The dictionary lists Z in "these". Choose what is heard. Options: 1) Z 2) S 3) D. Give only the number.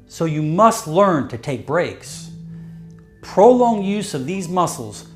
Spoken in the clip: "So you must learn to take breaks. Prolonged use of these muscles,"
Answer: 1